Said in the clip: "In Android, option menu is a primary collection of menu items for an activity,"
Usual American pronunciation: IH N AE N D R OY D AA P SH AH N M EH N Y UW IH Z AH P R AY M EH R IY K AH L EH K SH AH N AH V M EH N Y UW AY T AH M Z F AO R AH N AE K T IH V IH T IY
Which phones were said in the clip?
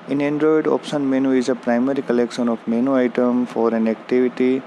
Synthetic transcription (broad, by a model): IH N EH N D R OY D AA P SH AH N M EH N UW IH Z AH P R AY M EH R IY K AH L EH K SH AH N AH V M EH N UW AY T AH M F AO R AH N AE K T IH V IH T IY